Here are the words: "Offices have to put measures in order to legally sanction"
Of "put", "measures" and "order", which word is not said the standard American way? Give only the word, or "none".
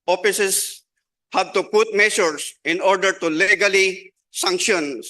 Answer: measures